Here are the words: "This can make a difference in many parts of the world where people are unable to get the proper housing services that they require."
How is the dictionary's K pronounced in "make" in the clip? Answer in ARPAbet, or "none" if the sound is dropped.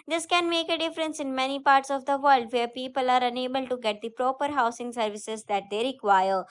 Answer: K